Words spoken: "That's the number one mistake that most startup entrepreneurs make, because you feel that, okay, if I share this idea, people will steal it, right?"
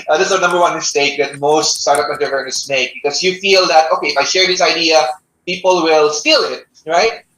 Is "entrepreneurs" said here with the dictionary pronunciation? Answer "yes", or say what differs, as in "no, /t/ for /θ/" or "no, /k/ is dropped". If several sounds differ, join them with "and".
no, /p/ is dropped and /s/ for /z/